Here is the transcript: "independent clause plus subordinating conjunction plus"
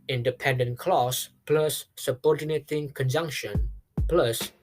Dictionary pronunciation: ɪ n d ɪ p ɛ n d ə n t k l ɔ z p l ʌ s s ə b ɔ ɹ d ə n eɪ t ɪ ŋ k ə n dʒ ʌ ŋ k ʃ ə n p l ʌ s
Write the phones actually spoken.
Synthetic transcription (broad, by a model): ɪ n d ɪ p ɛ n d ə n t k l ɔ s p l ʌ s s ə b ɔ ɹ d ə n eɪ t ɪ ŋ k ə n dʒ ʌ ŋ k ʃ ə n p l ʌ s